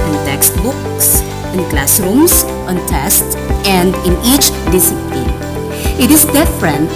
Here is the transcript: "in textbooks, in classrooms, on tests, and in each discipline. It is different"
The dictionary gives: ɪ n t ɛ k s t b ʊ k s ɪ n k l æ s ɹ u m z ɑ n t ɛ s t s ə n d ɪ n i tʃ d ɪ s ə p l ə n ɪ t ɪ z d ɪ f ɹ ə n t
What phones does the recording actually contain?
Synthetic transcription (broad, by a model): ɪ n t ɛ k s t b ʊ k s ɪ n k l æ s ɹ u m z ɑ n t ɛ s t ə n d ɪ n i tʃ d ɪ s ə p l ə ɪ t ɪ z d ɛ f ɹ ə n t